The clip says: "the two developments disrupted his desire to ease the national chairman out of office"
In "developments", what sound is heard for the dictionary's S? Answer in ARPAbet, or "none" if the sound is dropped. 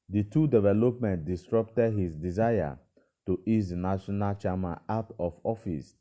none